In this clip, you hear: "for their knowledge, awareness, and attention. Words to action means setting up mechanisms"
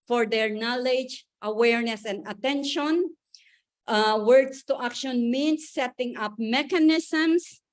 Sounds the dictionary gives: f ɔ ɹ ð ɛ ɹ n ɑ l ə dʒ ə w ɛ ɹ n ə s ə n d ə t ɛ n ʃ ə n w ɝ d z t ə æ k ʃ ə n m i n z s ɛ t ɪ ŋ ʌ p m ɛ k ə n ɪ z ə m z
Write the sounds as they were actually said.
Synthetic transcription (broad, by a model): f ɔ ɹ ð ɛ ɹ n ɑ l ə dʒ ə w ɛ ɹ n ə s ə n d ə t ɛ n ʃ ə n w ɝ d s t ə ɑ k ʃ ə n m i n s ɛ t ɪ ŋ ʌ p m ɛ k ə n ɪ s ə m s